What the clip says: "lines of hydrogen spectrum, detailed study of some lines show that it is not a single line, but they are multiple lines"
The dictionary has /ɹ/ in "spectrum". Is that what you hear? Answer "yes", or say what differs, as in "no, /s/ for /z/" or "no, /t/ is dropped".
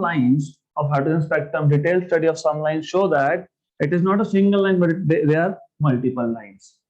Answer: no, /ɹ/ is dropped